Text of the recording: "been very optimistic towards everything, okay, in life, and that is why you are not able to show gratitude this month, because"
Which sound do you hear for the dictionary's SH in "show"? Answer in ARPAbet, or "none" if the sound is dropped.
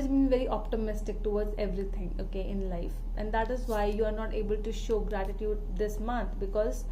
SH